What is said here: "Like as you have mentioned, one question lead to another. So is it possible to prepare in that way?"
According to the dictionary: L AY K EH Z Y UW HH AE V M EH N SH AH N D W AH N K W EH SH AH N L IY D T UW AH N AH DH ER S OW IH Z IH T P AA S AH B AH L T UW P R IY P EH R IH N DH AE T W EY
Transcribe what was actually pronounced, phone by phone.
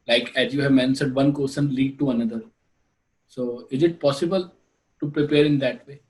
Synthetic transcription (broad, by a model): L AY K EH Z Y UW HH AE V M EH N S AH D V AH N K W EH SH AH N L IY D T UW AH N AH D ER S OW IH Z IH T P AA S AH B AH L T UW P R IY P EH R IH N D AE T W EY